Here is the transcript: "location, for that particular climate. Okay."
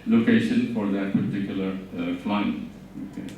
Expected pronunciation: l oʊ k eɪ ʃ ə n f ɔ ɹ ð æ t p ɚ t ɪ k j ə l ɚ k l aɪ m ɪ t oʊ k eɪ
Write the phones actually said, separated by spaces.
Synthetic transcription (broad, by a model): l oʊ k eɪ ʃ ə n f ɔ ɹ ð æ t p ɚ t ɪ k j ə l ɚ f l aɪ ɪ oʊ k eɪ